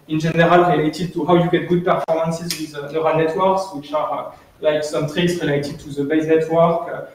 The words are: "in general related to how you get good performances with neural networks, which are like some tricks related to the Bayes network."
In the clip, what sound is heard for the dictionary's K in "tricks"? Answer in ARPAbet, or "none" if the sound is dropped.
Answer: none